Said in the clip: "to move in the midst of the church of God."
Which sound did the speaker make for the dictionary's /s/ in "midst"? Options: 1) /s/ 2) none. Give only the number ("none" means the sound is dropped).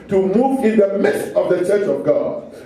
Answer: 2